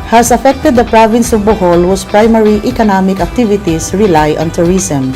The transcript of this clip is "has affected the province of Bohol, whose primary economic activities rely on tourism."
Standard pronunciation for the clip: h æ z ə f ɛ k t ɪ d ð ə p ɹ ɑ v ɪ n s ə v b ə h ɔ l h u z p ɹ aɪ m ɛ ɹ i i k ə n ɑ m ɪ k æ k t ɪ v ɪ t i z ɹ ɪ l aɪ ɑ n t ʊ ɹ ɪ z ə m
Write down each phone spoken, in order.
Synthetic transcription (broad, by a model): h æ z ə f ɛ k t ɪ d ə p ɹ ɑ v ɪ n s ə v b ə h ɔ l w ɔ s p ɹ aɪ m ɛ ɹ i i k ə n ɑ m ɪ k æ k t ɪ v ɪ t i s ɹ ɪ l aɪ ɑ n t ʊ ɹ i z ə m